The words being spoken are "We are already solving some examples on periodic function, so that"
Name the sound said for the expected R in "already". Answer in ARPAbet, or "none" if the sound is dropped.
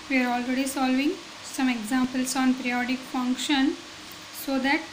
R